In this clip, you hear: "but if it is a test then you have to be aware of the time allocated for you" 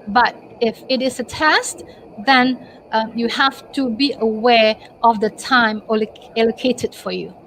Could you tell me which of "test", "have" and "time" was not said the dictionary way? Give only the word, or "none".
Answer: have